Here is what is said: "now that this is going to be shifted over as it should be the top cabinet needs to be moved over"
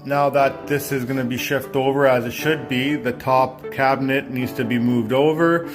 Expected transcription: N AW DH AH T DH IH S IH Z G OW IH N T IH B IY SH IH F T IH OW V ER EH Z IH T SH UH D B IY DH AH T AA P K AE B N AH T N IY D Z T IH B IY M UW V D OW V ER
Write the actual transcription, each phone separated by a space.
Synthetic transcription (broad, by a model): N AW DH AH T DH IH S IH Z G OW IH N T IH B IY SH IH F T IH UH V ER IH Z IH T SH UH D B IY DH AH T AA P K AE B N AH T N IY D Z T IH B IY M UW V D OW V ER